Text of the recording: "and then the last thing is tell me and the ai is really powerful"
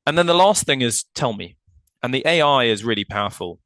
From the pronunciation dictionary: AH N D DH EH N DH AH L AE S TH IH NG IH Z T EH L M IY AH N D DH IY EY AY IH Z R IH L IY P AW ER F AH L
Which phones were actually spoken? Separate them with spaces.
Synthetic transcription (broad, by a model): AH N DH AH N DH AH L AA S TH IH NG IH Z T EH L M IY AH N DH IY EY AY IH Z R IH L IY P AW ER F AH L